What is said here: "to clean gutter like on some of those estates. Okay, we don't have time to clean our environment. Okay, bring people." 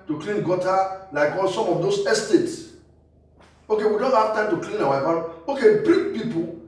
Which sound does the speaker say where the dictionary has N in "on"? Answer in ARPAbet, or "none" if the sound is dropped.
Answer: L